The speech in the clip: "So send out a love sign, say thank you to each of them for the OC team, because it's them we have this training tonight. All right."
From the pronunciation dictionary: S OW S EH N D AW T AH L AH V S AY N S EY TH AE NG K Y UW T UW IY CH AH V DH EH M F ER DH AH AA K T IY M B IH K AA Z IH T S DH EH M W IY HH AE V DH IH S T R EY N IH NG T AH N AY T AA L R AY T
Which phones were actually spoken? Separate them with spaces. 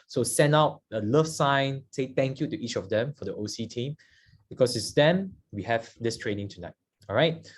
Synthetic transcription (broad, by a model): S OW S EH N AW T AH L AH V S AY N S EY T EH NG K Y UW T UW IY CH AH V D EH M F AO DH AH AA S T IY M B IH K AA S IH T S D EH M W IY HH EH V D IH S T R EY N IH NG T AH N AY T AA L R AY T